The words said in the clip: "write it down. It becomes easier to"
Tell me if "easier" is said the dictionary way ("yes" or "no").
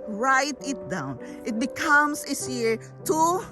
no